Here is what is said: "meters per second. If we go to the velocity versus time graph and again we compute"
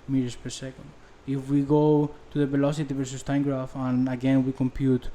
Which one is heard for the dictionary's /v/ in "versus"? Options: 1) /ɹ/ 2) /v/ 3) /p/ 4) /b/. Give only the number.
2